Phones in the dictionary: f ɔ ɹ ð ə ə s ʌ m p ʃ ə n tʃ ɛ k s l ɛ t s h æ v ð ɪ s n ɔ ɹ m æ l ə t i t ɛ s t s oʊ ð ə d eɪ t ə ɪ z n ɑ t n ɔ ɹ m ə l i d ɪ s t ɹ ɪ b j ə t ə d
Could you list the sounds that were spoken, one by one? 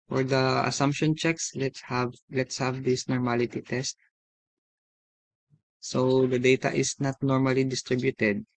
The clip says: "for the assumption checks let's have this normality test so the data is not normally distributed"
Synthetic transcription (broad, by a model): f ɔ ɹ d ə ə s ʌ m p ʃ ə n tʃ ɛ k s l ɛ t s h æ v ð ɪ s n ɔ ɹ m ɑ l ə t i t ɛ s t s oʊ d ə d eɪ t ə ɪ s n ɑ t n ɔ ɹ m ə l i d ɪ s t ɹ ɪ b j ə t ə d